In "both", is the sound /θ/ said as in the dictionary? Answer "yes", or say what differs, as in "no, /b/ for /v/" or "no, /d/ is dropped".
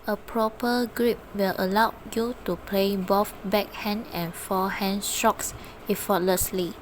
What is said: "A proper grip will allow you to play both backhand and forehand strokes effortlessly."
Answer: no, /f/ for /θ/